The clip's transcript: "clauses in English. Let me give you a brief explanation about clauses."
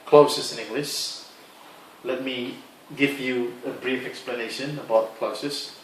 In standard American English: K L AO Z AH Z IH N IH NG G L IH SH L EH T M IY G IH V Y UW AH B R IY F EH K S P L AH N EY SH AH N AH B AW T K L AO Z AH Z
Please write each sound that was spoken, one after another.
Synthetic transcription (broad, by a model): K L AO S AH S IH N IH NG G L IH SH L EH T M IY G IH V Y UW AH B R IY F EH K S P L AH N EY SH AH N AH B AW T K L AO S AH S